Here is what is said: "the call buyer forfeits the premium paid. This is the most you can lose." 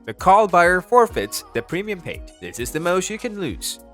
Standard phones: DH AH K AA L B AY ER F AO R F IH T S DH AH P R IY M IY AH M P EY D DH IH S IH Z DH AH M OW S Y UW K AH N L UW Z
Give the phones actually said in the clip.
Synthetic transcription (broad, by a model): DH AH K AA L B AY ER F AO R F IH T S DH AH P R IY M IY AH M P EY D DH IH S IH Z DH AH M OW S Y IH K AH N L UW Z